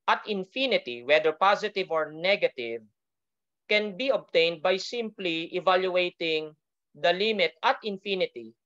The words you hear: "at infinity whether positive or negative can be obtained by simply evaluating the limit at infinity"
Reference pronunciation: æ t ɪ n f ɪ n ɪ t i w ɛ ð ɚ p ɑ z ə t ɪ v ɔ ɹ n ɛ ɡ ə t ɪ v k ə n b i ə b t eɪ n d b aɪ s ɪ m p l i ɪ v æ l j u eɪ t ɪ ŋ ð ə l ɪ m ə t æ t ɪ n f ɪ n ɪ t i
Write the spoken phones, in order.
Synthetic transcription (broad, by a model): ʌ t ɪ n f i n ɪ t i w ɛ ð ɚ p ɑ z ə t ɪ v ɔ ɹ n ɛ ɡ ə t ɪ v k ə n b i ə b t eɪ n d b aɪ s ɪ m p l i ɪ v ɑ l j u eɪ t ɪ ŋ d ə l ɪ m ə t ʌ t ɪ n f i n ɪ t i